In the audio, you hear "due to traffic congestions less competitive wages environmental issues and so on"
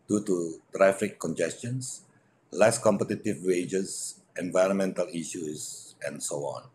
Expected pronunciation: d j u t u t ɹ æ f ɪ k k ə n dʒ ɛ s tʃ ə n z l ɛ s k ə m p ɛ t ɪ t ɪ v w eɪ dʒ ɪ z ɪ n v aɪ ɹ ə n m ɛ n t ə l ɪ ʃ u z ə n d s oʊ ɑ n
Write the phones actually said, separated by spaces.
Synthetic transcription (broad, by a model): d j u t u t ɹ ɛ f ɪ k k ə n dʒ ɛ s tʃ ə n s l ɛ s k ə m p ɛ t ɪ t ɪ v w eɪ dʒ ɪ s ɪ n v aɪ ɹ ə n m ɛ n t ə l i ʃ u s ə n s oʊ ɑ n